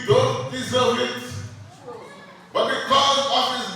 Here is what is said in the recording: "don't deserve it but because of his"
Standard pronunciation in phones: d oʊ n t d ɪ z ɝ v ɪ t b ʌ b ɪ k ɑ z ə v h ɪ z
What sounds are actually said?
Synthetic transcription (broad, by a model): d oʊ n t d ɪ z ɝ w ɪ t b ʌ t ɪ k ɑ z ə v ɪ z